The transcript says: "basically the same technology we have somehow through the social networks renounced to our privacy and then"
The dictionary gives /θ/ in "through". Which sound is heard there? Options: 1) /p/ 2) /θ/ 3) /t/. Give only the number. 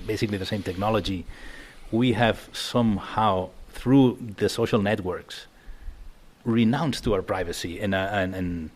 2